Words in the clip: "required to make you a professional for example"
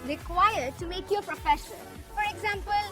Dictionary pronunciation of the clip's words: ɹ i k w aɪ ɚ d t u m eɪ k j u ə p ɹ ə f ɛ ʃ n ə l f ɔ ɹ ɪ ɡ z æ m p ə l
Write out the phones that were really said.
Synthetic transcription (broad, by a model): ɹ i k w aɪ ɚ d t u m eɪ k j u ə p ɹ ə f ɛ ʃ ə n f ɔ ɹ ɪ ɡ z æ m p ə l